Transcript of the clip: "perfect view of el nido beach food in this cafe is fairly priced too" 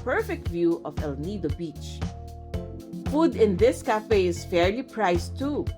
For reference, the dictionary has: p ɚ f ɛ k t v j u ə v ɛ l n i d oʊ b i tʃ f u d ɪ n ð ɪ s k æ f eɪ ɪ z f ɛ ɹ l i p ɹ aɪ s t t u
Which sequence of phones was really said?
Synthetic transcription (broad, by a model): p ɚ f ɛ k t v j u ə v ɛ l n i d oʊ b i tʃ f u d ɪ n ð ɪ s k æ f eɪ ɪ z f ɛ ɹ l i p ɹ aɪ s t t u